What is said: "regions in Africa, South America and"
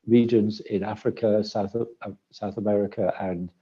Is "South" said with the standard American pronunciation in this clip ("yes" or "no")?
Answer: yes